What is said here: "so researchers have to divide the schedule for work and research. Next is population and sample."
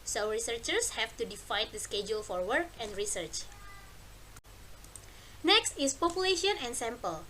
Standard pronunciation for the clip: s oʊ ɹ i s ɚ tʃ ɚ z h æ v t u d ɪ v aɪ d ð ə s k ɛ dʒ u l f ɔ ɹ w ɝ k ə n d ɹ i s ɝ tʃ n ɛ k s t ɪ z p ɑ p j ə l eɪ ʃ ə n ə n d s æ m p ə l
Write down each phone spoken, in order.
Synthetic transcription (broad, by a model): s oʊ ɹ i s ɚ tʃ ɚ s h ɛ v t u d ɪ f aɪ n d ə s k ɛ dʒ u l f ɔ ɹ w ɝ k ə n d ɹ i s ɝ tʃ n ɛ k s t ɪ s p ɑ p j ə l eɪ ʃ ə n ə n s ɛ m p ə l